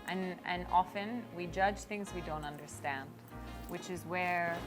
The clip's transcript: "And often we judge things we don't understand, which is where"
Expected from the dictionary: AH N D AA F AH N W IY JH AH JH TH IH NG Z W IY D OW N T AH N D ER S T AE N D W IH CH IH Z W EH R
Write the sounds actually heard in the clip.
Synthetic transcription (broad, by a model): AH N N AA F AH N W IY JH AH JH TH IH NG Z W IY D OW N T AH N D ER S T AE N D W IH CH IH Z W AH R